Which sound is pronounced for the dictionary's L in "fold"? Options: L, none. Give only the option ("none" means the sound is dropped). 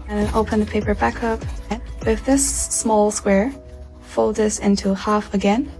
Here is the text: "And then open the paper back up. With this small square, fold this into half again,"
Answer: L